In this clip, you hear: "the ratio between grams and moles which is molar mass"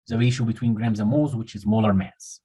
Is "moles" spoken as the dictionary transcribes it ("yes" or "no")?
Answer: no